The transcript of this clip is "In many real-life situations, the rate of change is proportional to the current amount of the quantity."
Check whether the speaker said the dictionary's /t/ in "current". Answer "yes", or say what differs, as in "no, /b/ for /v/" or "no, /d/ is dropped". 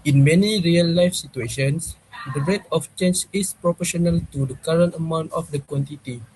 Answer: yes